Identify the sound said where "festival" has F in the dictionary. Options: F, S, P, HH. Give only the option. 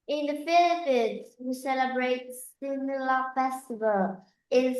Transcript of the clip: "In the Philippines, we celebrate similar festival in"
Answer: F